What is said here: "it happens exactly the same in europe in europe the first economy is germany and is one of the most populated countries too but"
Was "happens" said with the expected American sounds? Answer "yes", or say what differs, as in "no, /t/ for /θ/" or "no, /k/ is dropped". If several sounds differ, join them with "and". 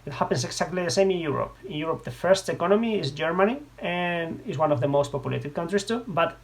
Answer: no, /s/ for /z/